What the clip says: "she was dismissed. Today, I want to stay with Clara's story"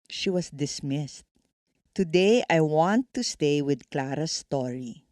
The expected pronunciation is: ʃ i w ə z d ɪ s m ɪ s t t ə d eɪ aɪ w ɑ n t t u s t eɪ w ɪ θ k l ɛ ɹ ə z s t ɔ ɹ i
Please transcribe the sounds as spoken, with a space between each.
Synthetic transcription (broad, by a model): ʃ i w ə s d ɪ s m ɪ s t t ə d eɪ aɪ w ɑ n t t u s t eɪ w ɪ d k l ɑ ɹ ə s t ɔ ɹ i